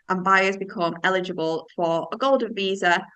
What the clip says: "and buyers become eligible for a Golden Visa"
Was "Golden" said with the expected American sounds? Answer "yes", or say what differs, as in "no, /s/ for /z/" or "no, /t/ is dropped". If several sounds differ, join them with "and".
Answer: yes